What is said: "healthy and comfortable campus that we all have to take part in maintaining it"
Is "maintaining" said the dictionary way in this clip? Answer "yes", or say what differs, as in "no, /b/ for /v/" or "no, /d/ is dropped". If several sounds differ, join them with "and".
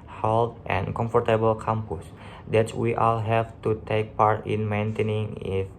yes